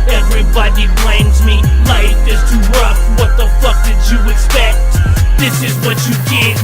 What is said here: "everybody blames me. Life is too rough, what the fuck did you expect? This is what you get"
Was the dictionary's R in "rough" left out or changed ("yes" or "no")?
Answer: yes